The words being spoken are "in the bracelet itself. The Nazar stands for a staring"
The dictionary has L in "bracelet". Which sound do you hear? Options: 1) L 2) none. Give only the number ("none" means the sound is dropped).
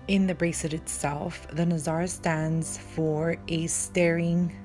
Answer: 2